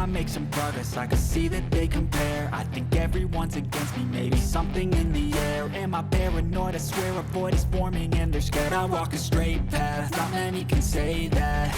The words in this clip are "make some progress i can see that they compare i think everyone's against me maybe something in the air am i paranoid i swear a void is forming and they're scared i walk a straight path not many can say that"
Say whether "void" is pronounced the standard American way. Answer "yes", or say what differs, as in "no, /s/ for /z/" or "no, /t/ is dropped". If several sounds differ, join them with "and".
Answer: no, /b/ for /v/